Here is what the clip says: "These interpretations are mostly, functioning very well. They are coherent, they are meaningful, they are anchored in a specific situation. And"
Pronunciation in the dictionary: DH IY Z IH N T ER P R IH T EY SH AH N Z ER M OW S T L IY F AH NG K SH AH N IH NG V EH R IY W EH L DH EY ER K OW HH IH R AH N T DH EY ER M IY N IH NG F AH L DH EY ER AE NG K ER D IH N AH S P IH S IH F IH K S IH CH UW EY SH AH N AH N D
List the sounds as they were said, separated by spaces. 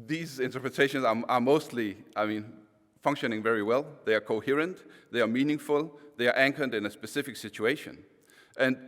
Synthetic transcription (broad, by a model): DH IY Z IH N T ER P R IH T EY SH AH N Z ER M OW S T L IY F AH NG K SH AH N IH NG V EH R IY W EH L DH EY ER K OW HH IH R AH N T DH EY ER M IY N IH NG F AH L DH EY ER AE NG K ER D IH N AH S P IH S IH F IH K S IH CH UW EY SH AH N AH N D